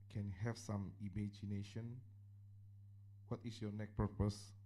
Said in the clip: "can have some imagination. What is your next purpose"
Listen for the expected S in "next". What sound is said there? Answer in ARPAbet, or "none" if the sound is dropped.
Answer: none